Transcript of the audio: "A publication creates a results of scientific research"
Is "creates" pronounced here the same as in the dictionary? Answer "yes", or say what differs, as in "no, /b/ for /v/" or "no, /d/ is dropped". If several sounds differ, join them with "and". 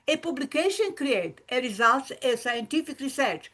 no, /s/ is dropped